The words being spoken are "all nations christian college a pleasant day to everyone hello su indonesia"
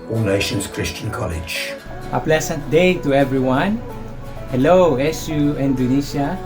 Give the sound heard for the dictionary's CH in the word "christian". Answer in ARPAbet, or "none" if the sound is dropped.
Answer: CH